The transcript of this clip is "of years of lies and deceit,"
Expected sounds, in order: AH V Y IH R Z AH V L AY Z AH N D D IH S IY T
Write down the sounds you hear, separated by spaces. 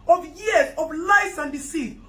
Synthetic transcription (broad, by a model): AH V Y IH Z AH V L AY S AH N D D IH S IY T